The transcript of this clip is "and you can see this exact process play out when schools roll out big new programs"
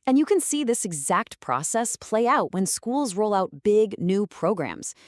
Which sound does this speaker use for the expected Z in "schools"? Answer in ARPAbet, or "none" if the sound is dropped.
Z